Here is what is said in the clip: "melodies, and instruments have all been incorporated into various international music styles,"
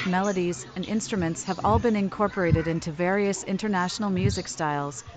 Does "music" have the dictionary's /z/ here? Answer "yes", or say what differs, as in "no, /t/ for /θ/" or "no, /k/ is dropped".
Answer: yes